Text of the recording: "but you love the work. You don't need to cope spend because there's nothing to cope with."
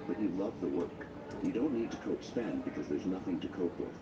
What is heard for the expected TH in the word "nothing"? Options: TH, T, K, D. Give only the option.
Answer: TH